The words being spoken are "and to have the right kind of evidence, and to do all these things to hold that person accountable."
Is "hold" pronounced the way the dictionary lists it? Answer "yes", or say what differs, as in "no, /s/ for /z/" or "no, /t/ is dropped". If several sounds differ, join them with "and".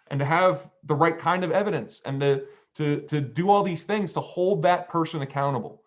yes